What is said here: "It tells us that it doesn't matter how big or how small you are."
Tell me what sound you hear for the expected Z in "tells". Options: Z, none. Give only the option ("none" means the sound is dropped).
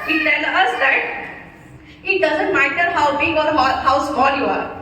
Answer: none